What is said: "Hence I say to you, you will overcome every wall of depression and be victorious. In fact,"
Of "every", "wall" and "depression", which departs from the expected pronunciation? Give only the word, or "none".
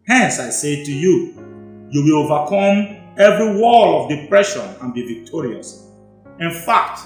none